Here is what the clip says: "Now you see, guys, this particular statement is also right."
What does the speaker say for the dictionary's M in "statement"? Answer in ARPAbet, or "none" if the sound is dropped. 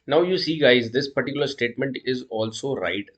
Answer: M